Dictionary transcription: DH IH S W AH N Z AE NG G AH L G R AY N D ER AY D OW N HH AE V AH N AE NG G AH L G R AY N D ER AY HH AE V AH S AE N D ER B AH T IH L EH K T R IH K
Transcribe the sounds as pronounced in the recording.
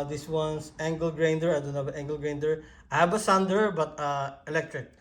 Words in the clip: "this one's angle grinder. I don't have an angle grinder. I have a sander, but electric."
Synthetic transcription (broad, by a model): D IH S W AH N S AE NG G AH L G R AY N D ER AY D OW N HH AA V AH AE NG G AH L G R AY N D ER AY HH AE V AH S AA N D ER B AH T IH L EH K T R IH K